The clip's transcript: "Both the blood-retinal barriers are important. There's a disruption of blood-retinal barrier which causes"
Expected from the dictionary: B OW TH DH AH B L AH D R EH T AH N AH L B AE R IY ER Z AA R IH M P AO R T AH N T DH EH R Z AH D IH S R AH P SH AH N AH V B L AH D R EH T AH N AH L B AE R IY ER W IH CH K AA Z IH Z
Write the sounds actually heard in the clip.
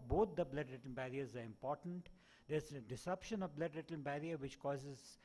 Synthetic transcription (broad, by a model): B OW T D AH B L AH D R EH T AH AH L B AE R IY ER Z AA R IH M P AO R T AH N T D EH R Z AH D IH S AH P SH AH N AH V B L AH D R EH T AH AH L B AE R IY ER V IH CH K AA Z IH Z